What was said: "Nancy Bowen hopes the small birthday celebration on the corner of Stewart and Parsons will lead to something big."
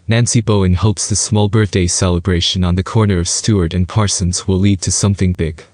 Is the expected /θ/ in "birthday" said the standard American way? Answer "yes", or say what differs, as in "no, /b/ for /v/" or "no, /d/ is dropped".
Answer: yes